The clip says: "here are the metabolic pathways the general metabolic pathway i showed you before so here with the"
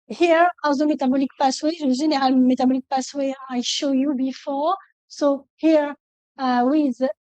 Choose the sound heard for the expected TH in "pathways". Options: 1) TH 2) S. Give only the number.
2